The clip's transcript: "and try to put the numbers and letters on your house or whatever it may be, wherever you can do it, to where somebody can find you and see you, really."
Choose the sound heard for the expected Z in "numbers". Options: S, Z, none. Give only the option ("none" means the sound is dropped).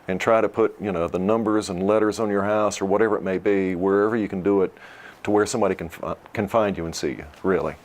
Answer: Z